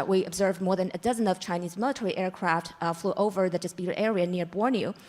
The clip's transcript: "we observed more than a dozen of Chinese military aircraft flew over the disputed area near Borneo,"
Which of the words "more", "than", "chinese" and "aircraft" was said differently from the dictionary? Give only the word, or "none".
none